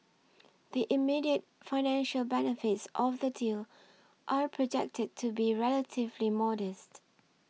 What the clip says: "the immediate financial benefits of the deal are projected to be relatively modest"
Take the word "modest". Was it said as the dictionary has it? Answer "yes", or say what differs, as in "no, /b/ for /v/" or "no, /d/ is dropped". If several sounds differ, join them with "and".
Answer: yes